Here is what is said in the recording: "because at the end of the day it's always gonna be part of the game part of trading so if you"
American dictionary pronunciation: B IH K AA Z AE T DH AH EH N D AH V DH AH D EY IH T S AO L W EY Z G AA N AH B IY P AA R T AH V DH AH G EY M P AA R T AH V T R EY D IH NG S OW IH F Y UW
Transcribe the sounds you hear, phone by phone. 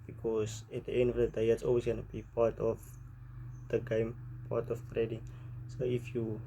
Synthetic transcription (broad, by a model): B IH K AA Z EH T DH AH EH N D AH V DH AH D EY IH T S AO L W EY S G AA N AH B IY P AA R T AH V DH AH G EY M P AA T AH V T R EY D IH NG S OW IH F Y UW